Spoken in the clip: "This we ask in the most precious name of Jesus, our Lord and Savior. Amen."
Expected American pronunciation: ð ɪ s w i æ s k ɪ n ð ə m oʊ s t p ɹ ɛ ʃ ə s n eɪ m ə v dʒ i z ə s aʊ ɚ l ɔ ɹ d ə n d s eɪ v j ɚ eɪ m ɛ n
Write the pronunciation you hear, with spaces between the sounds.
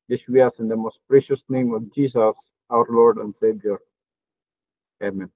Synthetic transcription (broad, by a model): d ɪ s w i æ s ɪ n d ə m oʊ s t p ɹ ɛ ʃ ə s n eɪ m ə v dʒ i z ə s aʊ ɚ l ɔ ɹ d ə n d s eɪ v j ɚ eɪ m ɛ n